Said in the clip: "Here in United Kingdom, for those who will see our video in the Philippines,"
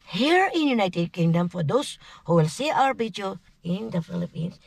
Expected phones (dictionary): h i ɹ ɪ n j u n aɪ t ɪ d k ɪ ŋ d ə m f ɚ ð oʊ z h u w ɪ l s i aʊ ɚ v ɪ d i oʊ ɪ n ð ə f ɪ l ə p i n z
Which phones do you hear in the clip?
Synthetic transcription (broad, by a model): h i ɹ ɪ n j u n aɪ t ɪ d k ɪ ŋ d ə m f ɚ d oʊ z h u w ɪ l s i aʊ ɚ b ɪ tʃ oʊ ɪ n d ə f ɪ l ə p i n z